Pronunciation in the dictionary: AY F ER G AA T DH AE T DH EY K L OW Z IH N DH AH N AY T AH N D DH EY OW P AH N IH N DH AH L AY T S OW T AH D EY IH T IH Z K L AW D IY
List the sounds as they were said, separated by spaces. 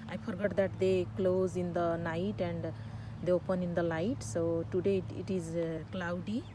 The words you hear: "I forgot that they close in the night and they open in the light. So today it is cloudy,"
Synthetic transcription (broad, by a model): AY P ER G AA T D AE T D EY K L OW Z IH N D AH N AY T AH N D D EY OW P AH N IH N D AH L AY T S OW T AH D EY IH T IH Z K L AW D IY